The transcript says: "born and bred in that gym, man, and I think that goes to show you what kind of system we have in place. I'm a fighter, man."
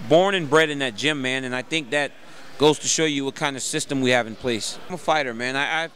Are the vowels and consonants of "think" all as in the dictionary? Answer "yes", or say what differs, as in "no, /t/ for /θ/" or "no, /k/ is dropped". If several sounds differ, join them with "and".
yes